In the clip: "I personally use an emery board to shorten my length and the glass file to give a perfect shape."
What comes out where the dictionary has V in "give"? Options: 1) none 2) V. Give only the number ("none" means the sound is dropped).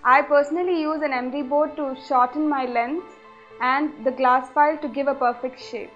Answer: 2